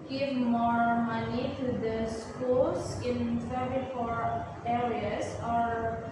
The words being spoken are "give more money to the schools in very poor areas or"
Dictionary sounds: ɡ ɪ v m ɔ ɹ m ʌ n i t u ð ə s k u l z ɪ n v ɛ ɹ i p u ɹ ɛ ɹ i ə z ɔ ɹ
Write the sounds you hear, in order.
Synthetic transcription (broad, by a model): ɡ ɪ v m ɔ ɹ m ʌ n i t u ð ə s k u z ɪ n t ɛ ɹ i f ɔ ɹ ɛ ɹ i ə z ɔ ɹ